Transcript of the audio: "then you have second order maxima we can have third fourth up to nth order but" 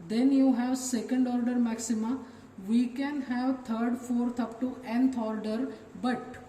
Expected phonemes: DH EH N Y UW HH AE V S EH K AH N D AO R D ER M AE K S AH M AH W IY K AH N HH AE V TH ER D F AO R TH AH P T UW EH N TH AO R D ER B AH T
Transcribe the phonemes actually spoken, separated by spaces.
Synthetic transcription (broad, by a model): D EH N Y UW HH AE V S EH K AH N D AO R D ER M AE K S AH M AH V IY K AH N HH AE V T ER D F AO R T AH P T UW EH N T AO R D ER B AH T